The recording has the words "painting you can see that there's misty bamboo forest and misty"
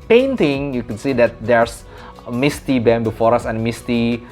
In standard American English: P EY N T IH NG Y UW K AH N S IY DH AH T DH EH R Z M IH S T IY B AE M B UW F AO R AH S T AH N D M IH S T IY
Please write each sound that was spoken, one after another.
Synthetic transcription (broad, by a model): P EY N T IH NG Y UW K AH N S IY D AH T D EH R S M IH S T IY B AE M B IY F AO R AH S AH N M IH S T IY